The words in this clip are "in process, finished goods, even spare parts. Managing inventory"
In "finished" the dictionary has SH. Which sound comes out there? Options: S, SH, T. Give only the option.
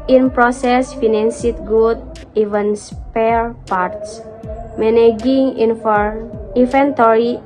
S